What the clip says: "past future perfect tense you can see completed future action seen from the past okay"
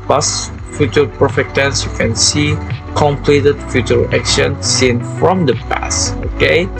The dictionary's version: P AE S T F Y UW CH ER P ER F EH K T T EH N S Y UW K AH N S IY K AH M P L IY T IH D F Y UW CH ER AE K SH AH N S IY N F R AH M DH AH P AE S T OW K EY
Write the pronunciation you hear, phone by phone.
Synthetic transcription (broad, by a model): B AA S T F Y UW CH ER P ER F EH K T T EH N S Y UW K AH N S IY K AH M P L IY T IH D F Y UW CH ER AE K SH AH N S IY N F R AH M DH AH P AE S T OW K EY